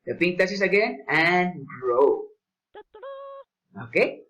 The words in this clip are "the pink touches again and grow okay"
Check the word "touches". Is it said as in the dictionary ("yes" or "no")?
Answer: no